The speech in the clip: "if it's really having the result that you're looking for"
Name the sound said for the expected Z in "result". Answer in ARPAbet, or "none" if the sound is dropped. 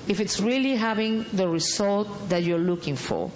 S